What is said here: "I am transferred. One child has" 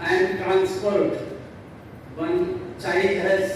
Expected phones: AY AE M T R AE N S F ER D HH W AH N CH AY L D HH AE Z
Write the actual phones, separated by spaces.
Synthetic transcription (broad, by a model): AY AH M T R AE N S P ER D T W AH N CH AY D HH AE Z